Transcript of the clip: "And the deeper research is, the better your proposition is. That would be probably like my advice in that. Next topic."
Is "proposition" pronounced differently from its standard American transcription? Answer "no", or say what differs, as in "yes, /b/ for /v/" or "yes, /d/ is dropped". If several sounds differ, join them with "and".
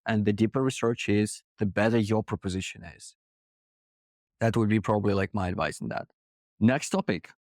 no